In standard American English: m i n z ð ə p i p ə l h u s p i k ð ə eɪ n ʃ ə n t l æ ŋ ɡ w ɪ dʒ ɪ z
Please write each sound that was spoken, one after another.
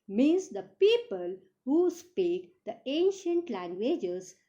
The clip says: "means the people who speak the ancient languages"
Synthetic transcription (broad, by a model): m i n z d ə p i p ə l h u s p i k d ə eɪ n ʃ ə n t l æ ŋ ɡ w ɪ dʒ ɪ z